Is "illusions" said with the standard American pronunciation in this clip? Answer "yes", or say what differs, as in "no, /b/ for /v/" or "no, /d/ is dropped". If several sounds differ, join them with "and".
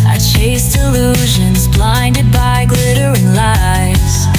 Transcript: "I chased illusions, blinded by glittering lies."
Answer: yes